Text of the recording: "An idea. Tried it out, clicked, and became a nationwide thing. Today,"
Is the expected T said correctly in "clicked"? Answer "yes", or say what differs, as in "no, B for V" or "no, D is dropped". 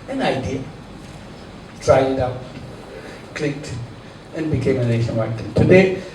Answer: yes